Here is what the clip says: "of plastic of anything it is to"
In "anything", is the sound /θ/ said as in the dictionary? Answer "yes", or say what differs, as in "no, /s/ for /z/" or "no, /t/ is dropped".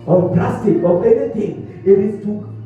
no, /t/ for /θ/